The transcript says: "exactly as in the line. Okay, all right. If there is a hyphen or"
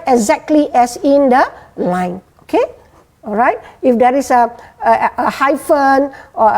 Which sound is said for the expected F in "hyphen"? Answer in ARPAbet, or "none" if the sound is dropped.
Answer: F